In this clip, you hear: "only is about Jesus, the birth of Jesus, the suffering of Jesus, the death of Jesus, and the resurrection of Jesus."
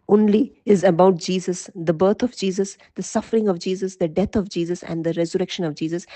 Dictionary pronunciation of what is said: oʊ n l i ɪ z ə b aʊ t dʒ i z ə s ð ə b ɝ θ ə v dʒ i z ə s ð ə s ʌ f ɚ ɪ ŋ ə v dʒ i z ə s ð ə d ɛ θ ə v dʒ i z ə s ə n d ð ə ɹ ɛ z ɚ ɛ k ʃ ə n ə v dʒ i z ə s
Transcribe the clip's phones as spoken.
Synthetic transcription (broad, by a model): oʊ n l i ɪ z ə b aʊ t dʒ i z ə s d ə b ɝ t ə v dʒ i z ə s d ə s ʌ f ɚ ɪ ŋ ə v dʒ i z ə s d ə d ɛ t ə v dʒ i z ə s ə n d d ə ɹ ɛ z ɚ ɛ k ʃ ə n ə v dʒ i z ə s